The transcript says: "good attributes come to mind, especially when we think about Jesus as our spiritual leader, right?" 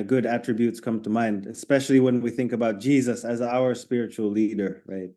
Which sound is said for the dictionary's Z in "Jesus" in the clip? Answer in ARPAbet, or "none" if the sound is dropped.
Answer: Z